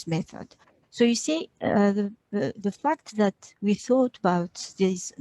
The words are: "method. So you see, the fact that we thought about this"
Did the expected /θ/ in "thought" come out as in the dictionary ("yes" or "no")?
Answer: yes